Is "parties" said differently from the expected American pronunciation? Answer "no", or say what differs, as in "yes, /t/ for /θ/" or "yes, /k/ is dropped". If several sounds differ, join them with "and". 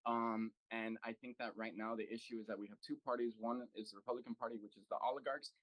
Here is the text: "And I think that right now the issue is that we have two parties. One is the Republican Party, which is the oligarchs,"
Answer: no